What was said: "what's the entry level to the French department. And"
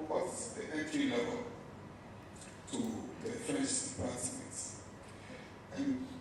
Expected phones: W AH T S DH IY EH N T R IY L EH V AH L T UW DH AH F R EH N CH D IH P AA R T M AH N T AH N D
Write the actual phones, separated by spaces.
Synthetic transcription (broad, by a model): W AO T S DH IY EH T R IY L EH V AH L T UW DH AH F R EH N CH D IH P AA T M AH N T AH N